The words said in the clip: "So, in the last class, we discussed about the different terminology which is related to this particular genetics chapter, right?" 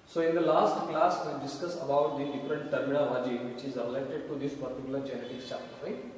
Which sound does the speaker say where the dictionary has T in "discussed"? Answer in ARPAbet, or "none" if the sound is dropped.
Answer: none